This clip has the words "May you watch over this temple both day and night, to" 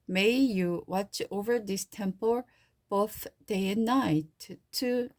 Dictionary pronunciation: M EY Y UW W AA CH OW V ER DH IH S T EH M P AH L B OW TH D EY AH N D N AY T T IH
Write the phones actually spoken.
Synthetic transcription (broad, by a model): M EY Y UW W AA CH OW V ER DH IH S T EH M P AH L B OW TH D EY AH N N AY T T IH